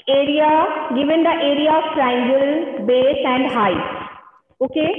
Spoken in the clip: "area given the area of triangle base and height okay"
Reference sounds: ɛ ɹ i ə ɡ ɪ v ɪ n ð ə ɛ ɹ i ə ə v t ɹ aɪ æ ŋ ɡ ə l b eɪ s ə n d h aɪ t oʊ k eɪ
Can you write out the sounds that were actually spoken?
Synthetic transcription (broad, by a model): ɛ ɹ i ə ɡ ɪ v ɪ n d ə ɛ ɹ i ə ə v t ɹ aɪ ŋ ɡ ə l b eɪ s ə n d h aɪ oʊ k eɪ